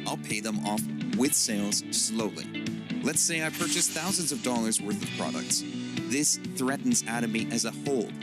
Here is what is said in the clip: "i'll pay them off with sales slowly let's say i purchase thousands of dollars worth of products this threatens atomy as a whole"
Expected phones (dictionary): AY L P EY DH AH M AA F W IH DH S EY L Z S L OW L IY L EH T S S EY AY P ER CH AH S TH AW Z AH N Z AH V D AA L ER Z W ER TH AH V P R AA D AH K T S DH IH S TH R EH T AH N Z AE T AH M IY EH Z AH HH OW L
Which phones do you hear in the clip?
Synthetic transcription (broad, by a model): AY L P EY DH AH M AA F W IH DH S EY L Z S L OW L IY L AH T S S EY AY P ER CH AH S TH AW Z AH N Z AH V D AA L ER Z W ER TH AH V P R AA D AH K T S DH IH S TH R EH T N Z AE T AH M IY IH Z AH HH OW L